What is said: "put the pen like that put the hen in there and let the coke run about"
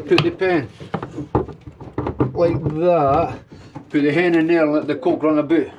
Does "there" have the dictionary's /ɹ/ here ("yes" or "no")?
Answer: no